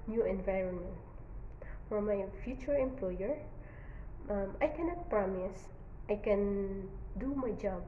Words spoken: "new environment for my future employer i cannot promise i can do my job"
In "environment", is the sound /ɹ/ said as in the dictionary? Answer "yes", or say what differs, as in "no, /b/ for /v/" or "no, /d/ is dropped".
yes